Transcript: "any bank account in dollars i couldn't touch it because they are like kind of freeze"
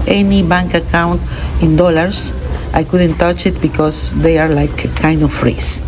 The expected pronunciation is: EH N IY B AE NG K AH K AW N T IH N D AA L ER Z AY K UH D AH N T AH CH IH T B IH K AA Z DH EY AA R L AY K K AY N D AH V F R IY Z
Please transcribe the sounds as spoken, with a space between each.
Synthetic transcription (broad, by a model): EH N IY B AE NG K AH K AW N T IH N D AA L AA S AY K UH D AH N T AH CH IH T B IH K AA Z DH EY AA R L AY K K AY N D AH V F R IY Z